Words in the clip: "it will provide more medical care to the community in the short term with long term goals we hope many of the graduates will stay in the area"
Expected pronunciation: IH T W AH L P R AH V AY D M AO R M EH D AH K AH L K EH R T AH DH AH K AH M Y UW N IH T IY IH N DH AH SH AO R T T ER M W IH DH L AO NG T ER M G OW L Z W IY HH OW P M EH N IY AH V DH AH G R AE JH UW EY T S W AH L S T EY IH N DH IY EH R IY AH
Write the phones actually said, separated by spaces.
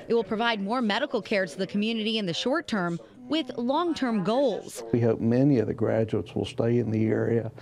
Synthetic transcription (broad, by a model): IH T W AH L P R AH V AY D M AO R M EH D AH K L K EH R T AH DH AH K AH M Y UW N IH T IY IH N DH AH SH AO R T T ER M W IH DH L AO NG T ER M G OW L Z W IY HH OW P M EH N IY AH V DH AH G R AE JH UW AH T S W AH L S T EY IH N DH IY EH R IY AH